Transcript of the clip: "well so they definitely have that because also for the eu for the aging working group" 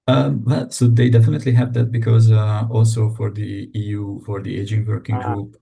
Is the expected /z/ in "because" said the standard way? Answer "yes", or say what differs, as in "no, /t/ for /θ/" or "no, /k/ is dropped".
yes